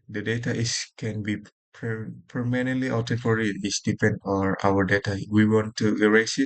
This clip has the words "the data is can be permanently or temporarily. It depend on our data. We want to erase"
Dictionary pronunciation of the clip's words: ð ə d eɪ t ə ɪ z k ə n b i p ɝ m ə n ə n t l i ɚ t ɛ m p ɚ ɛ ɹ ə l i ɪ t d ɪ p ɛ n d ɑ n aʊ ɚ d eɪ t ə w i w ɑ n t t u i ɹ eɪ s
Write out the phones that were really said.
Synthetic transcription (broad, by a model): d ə d eɪ t ə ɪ s k ə n b i p ɝ m ə n ə n t l i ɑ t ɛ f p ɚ ɹ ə i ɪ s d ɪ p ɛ n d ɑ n aʊ ɚ d eɪ t ə w i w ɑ n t t u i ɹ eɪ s